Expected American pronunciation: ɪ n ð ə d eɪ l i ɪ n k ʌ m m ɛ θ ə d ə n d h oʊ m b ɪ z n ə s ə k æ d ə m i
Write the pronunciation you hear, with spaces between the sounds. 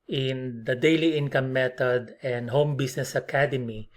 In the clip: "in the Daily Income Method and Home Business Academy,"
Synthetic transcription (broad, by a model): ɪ n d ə d eɪ l i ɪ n k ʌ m m ɛ t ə d ə n d h oʊ m b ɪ s n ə s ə k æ d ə m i